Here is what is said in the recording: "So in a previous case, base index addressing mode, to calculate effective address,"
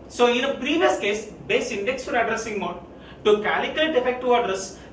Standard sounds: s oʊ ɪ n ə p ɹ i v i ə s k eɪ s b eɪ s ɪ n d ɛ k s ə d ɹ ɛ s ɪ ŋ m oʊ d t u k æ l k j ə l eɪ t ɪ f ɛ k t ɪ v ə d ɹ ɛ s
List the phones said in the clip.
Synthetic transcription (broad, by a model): s oʊ ɪ n ə p ɹ i v i ə s k eɪ s b eɪ s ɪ n d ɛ k s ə d ɹ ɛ s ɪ ŋ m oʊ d t u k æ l k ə l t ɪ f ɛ k t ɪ ə d ɹ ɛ s